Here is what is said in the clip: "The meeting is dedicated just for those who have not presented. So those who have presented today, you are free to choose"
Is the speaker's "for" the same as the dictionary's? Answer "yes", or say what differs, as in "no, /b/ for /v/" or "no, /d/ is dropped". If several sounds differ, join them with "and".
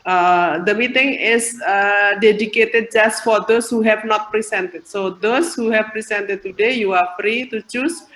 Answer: yes